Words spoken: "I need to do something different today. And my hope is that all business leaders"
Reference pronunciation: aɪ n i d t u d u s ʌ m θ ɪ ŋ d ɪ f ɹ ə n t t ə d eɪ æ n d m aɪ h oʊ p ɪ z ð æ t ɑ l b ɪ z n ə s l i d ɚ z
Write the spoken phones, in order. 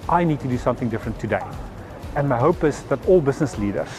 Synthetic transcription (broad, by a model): aɪ n i d t u d u s ʌ m θ ɪ ŋ d ɪ f ɹ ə n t t ə d eɪ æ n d m aɪ h oʊ p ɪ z ð æ t ɑ l b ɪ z n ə s l i d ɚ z